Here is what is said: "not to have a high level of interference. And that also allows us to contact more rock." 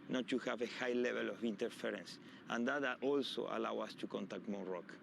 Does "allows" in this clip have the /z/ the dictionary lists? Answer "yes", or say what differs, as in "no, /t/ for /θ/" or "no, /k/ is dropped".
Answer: no, /z/ is dropped